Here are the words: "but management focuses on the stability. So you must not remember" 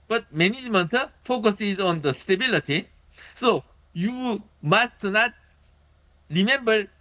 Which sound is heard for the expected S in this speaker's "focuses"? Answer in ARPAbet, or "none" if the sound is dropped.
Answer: S